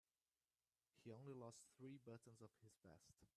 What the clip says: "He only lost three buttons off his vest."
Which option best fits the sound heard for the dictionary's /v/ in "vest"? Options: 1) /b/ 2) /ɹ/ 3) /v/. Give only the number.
1